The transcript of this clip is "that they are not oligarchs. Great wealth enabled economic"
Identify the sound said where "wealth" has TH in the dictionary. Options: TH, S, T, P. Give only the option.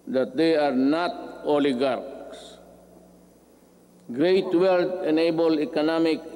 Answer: T